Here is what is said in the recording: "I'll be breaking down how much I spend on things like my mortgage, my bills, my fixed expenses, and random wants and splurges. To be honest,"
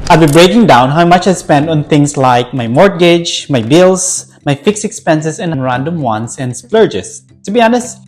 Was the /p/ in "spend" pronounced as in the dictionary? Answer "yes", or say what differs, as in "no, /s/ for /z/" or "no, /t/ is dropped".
yes